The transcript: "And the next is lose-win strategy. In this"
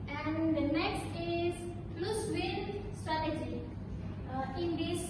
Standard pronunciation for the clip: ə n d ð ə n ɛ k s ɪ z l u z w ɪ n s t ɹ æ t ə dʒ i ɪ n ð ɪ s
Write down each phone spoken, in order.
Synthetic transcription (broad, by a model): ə n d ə n ɛ k s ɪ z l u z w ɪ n s t ɹ æ t ə dʒ i ɪ n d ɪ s